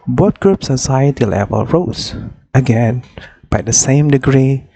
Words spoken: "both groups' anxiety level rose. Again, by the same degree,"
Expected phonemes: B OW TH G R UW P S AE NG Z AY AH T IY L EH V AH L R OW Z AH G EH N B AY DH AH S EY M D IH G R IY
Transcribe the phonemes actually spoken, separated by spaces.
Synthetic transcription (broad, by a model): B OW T G R UW P S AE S AY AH T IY L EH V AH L R OW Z AH G EH N B AY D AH S EY M D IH G R IY